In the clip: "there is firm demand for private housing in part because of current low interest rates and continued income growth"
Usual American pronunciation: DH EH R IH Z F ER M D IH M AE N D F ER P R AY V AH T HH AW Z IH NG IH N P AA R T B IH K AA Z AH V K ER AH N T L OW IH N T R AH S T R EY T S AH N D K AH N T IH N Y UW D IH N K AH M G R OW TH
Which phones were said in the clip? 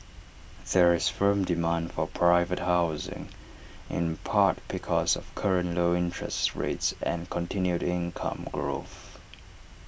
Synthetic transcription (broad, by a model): DH EH R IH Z F ER M D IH M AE N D F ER P R AY V AH T HH AW Z IH NG IH N P AA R T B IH K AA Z AH V K ER AH N T L OW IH N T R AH S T R EY T S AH N K AH N T IH N Y UW D IH N K AH M G R OW TH